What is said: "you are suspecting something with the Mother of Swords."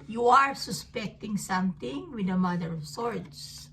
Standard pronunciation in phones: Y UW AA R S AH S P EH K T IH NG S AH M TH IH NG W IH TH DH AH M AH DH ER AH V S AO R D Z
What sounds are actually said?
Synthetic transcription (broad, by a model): Y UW AA R S AH S P EH K T IH NG S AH M T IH NG W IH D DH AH M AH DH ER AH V S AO R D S